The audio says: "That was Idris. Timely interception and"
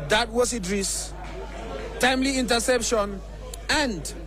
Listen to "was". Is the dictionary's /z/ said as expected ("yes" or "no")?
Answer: no